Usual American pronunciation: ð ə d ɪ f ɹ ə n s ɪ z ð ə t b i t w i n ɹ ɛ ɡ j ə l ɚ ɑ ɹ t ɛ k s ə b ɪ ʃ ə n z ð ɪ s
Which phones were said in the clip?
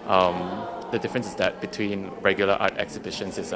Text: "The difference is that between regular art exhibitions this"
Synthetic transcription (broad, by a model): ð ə d ɪ f ɹ ə n s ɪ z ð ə t b i t w i n ɹ ɛ ɡ j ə l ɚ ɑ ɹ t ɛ k s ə b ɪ ʃ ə n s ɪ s